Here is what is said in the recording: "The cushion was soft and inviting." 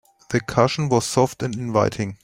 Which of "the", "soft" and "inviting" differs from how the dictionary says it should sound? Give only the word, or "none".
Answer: none